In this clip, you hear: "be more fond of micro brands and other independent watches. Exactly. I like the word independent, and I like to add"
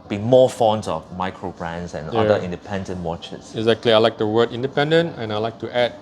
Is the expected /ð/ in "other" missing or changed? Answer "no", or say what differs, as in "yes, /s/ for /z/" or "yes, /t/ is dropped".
yes, /ð/ is dropped